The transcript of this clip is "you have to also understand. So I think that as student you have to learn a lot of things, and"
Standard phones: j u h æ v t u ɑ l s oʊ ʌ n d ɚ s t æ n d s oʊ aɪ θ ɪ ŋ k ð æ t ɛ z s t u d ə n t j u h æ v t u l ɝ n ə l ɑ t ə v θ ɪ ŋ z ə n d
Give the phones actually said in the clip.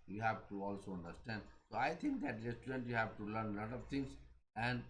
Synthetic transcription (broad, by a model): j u h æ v t u ɑ l s oʊ ʌ n d ɚ s t æ n d s oʊ aɪ t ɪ ŋ k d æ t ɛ s t u d ə n t j u h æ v t u l ɝ n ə l ɑ t ə v t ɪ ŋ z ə n d